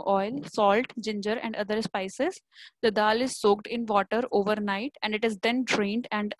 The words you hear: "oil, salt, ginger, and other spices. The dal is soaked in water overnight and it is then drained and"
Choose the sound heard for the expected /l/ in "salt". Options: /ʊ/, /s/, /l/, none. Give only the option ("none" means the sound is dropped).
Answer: /l/